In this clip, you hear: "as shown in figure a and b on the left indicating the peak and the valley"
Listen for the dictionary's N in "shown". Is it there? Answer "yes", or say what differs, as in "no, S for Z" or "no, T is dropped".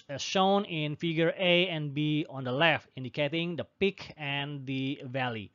yes